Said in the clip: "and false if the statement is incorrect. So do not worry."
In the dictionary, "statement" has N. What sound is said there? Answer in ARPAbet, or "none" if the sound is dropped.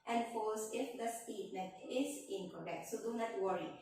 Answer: none